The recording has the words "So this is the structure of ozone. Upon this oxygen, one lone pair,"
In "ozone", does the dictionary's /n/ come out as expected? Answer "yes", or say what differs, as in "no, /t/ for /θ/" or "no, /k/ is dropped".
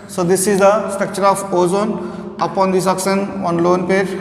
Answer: yes